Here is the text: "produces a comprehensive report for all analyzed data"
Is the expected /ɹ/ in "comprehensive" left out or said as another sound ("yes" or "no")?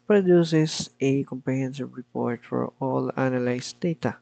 yes